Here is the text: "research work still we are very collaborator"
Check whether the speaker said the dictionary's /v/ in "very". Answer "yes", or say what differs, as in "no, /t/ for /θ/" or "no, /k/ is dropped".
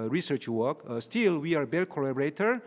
no, /b/ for /v/